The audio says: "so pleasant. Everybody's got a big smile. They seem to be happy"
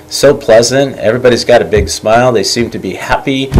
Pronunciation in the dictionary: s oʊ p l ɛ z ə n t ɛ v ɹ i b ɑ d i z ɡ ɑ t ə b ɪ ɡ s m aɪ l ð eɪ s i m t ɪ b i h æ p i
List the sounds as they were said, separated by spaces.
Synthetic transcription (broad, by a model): s oʊ p l ɛ z ə n t ɛ v ɹ i b ɑ d i z ɡ ɑ t ə b ɪ ɡ s m aɪ l ð eɪ s i m t ɪ b i h æ p i